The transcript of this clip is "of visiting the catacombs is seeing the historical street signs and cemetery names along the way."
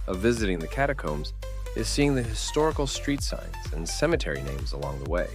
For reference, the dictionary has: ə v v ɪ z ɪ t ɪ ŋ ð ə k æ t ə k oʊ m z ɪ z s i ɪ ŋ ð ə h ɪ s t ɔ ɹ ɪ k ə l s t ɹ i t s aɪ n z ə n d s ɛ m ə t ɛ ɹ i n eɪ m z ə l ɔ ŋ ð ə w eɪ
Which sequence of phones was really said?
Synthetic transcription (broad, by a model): ə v v ɪ z ɪ t ɪ ŋ ð ə k æ t ə k oʊ m z ɪ z s i ɪ ŋ ð ə h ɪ s t ɔ ɹ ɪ k l s t ɹ i t s aɪ n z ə n s ɛ m ə t ɛ ɹ i n eɪ m z ə l ɔ ŋ ð ə w eɪ